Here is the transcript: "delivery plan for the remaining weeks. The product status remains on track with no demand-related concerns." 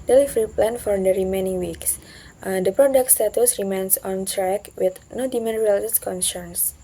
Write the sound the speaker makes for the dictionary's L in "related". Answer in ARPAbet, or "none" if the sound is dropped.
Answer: none